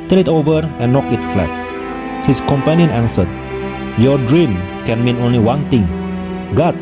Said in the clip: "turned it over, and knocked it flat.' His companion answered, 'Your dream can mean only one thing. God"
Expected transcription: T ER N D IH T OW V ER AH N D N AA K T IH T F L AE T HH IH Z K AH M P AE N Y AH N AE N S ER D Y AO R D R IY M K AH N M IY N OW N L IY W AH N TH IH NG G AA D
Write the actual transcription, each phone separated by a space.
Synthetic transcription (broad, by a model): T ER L IH T OW V ER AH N N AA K IH T F L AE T HH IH S K AH M P AE N Y AH N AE N S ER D Y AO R D R IY M K AH N M IY N OW N L IY W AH N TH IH NG G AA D